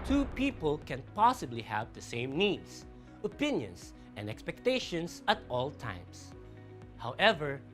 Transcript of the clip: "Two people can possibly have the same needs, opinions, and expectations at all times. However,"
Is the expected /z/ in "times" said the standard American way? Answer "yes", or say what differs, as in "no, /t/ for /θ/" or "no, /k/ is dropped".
no, /s/ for /z/